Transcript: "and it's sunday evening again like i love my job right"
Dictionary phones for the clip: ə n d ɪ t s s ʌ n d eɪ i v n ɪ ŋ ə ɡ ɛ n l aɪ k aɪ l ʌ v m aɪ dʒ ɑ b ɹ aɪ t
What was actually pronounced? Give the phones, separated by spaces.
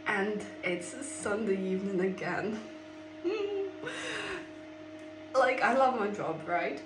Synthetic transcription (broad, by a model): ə n d ɪ t s s ʌ n d eɪ i v n ɪ ŋ ə ɡ ɛ n l aɪ k aɪ l ʌ v m aɪ dʒ ɑ b ɹ aɪ t